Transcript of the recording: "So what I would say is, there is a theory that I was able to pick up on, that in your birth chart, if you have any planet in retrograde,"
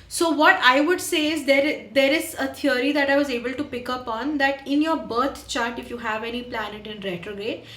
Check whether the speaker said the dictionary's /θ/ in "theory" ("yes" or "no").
no